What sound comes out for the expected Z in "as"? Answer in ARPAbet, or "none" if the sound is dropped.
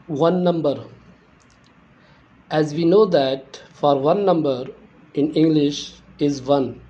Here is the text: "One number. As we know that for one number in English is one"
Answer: Z